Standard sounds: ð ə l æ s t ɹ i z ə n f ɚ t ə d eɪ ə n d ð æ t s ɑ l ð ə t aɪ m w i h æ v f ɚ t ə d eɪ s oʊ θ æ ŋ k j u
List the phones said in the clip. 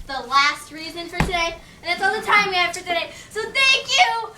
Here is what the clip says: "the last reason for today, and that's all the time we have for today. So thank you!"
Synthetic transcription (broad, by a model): ð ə l æ s t ɹ i z ə n f ɚ t ə d eɪ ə n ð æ t s ɑ l ð ə t aɪ m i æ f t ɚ t ə d eɪ s oʊ θ æ ŋ k j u